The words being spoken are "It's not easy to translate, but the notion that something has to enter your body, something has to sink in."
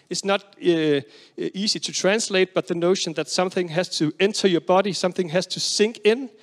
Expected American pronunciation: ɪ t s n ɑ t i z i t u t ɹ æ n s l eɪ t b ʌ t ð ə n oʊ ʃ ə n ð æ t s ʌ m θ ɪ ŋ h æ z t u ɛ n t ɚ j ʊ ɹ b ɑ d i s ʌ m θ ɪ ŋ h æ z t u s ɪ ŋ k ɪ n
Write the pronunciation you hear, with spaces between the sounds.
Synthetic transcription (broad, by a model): ɪ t s n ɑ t i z i t u t ɹ æ n s l eɪ t b ʌ t ð ə n oʊ ʃ ə n ð æ t s ʌ m θ ɪ ŋ h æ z t u ɛ n t ɚ j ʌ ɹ b ɑ d i s ʌ m θ ɪ ŋ h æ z t u s ɪ ŋ k ɪ n